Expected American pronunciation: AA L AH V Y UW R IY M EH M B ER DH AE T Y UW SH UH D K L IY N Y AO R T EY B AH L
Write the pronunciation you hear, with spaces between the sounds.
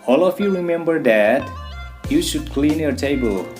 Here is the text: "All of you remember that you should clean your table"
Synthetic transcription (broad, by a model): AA L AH F Y UW R IY M EH M B ER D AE T Y UW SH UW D K L IY N Y AO R T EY B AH L